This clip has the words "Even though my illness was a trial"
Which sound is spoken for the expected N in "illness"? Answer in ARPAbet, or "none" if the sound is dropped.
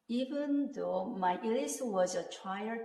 none